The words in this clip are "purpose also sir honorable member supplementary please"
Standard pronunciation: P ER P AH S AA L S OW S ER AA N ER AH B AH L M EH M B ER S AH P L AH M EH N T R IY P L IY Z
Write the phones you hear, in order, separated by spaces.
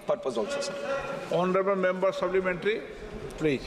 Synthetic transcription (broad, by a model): P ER P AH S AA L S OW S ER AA N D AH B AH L M EH M B ER S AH B L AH M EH N T R IY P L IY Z